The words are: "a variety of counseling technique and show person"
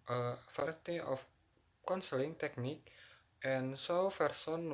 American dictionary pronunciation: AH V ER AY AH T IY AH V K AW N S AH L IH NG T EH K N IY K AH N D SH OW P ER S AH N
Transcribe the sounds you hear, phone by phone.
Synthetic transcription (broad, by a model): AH F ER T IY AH F K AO N S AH L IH NG T EH K N IY K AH N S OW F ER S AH N